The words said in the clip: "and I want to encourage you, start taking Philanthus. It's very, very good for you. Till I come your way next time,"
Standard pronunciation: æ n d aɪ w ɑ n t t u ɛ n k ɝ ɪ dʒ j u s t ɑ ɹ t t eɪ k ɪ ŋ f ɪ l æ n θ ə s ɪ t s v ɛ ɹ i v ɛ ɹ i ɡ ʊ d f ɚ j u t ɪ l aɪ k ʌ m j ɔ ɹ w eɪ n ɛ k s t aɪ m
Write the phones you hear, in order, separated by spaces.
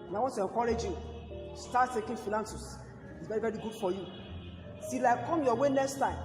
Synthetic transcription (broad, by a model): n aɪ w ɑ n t t u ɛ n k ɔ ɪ dʒ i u s t ɑ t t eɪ k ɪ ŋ f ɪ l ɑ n s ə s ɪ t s v ɛ ɹ i v ɛ ɹ i ɡ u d f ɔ j u s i l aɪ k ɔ m j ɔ w eɪ n ɛ k s t aɪ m